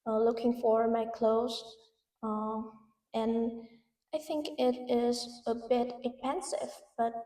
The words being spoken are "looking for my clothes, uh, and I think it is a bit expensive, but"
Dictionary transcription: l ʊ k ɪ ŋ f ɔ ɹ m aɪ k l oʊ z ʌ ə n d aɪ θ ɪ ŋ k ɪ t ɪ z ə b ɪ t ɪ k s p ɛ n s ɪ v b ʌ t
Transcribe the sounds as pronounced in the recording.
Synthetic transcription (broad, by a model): l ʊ k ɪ ŋ f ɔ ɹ m aɪ k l oʊ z ʌ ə n aɪ θ ɪ ŋ k ɪ t ɪ z ə b ɪ t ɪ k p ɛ n s ɪ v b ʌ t